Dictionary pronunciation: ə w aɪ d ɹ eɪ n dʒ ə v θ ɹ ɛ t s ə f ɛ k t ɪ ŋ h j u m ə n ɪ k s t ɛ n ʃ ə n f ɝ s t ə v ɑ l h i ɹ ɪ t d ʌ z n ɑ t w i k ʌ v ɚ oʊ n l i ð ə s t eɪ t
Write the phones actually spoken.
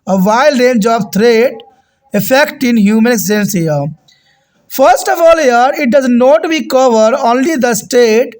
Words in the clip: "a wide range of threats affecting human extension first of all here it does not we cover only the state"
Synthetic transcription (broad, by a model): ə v aɪ d ɹ eɪ n dʒ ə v t ɹ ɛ t ə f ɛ k t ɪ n h j u m ə n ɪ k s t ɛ n s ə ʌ f ɝ s t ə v ɑ l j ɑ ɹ ɪ t d ʌ z n ɑ t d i k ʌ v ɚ oʊ n l i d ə s t eɪ t